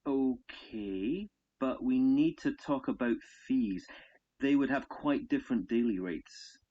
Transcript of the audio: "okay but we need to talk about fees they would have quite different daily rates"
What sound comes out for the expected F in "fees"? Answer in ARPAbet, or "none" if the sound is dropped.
F